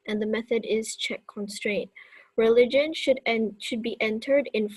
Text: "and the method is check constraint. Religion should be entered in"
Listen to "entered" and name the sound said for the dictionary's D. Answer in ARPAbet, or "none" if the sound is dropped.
D